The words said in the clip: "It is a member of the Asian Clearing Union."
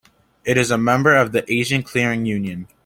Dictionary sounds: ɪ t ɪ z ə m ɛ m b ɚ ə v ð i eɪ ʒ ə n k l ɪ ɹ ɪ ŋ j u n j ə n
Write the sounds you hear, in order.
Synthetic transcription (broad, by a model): ɪ t ɪ z ə m ɛ m b ɚ ə v ð i eɪ ʒ ə n k l ɪ ɹ ɪ ŋ j u n j ə n